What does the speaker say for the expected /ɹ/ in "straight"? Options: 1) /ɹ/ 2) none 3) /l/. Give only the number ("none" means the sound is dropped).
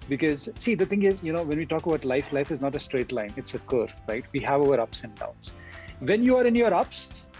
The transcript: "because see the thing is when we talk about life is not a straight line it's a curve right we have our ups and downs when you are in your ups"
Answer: 1